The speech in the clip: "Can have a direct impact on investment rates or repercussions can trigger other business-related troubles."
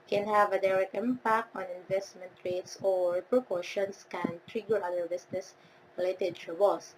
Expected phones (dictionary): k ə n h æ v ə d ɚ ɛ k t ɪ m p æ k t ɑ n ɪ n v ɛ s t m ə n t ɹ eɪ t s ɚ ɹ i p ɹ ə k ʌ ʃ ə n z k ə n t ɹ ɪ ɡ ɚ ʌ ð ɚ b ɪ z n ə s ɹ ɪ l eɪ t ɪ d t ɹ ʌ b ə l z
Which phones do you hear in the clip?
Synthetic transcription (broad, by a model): k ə n h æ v ə d ɚ ɛ k t ɪ m p æ k t ɑ n ɪ n v ɛ s t m ə n t ɹ eɪ t s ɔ ɹ p ɹ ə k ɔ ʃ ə n s k ə n t ɹ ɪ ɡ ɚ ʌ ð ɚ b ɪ s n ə s ɹ ɪ l eɪ t ɪ d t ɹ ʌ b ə l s